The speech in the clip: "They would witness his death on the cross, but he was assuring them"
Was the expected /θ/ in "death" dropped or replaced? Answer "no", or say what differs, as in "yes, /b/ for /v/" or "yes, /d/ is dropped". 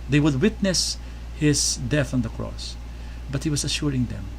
no